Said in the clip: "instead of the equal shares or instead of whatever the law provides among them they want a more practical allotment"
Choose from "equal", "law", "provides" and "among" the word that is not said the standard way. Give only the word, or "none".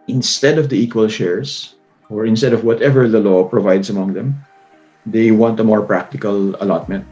provides